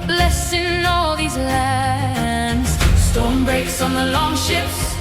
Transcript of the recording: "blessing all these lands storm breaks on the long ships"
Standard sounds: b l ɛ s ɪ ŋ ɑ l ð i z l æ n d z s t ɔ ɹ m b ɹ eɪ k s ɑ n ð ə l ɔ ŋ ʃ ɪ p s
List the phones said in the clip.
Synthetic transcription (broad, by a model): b l ɛ s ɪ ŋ ɑ l ð i z l æ n d z s t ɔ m b ɹ eɪ k s n ð ə l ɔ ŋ ʃ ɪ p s